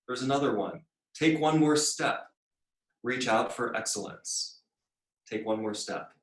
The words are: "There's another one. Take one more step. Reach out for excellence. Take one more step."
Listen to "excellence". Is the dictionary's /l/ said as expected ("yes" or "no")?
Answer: yes